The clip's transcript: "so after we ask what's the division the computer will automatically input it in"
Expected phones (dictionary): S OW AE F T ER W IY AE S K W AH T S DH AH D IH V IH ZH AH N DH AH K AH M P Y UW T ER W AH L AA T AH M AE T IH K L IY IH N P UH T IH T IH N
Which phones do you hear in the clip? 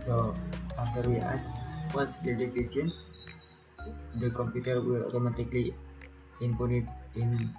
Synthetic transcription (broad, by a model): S OW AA F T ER W IY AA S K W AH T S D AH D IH F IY S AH N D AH K AH M P Y UW T ER W AH L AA T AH M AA T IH K L IY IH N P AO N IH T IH N